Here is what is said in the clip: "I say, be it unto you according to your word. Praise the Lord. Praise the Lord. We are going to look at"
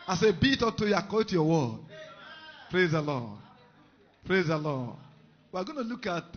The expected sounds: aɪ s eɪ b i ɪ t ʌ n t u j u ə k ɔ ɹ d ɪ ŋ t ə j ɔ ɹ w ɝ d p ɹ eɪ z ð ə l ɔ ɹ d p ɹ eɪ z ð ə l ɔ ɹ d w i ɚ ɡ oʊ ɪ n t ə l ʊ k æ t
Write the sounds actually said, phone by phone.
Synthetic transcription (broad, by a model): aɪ s eɪ b i t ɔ t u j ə k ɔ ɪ t j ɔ w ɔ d p ɹ eɪ z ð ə l ɔ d p ɹ eɪ z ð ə l ɔ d w i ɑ ɡ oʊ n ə l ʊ k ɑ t